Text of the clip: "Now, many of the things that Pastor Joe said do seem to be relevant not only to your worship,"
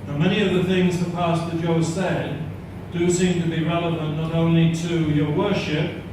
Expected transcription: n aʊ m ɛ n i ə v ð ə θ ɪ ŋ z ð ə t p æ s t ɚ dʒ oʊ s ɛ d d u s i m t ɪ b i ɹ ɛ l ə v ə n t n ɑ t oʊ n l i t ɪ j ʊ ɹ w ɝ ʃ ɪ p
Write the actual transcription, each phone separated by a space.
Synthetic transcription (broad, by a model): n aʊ m ɛ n i ə v ð ə θ ɪ ŋ z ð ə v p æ s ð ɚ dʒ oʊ s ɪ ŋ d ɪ s i m t ɪ b i ɹ ɛ l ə v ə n n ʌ t oʊ n l i t ɪ j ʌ ɹ w ɝ ʃ ɪ p